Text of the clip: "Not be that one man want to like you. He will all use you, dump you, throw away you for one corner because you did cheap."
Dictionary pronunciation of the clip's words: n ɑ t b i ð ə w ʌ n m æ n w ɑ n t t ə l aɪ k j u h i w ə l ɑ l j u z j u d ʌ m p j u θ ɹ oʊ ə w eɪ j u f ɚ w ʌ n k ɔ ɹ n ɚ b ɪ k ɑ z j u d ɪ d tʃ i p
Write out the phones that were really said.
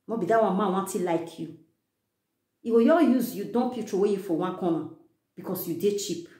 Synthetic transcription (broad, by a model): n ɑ b i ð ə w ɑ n m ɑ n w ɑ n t t ə l aɪ k j u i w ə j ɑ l j u z j u d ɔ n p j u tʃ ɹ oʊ w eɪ j u f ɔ w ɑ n k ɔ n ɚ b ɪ k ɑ s j u d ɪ tʃ i p